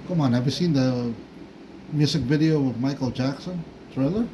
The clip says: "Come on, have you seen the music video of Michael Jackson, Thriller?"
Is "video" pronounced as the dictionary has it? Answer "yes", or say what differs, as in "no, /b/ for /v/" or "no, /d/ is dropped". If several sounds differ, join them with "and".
yes